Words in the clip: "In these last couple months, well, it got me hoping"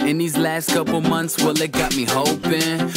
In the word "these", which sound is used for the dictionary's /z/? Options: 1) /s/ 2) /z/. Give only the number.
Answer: 2